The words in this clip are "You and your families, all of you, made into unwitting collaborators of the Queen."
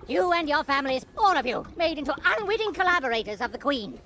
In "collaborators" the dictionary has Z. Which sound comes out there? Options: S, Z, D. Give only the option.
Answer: Z